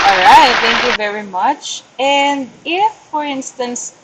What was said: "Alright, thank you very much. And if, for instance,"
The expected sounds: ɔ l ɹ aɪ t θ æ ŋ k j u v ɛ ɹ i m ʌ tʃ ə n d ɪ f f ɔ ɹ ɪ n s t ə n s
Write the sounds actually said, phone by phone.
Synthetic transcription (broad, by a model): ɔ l ɹ aɪ t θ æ ŋ k j u v ɛ ɹ i m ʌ tʃ ə n d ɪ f f ɔ ɹ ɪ n s t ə n s